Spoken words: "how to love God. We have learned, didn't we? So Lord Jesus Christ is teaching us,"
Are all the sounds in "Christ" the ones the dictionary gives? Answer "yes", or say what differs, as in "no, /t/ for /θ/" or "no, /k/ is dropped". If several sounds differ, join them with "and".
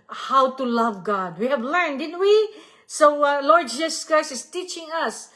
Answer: no, /t/ is dropped